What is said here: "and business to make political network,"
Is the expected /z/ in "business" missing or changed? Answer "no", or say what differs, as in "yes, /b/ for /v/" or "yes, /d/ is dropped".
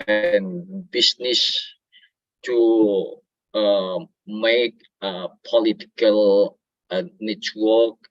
yes, /s/ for /z/